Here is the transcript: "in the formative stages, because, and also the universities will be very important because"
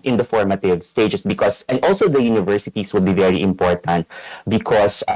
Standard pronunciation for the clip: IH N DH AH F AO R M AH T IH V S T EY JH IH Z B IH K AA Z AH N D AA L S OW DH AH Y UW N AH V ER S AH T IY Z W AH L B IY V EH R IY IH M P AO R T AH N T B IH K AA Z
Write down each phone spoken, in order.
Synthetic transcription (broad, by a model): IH N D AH F AO R M AH T IH V S T EY JH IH S B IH K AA S AH N D AA L S OW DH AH Y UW N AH V ER S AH T IY S W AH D B IY V EH R IY IH M P AO R T AH N T B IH K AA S